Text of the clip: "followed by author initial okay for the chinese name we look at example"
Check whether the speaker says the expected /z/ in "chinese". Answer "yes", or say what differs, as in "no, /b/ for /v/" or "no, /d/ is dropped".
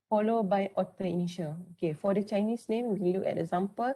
no, /s/ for /z/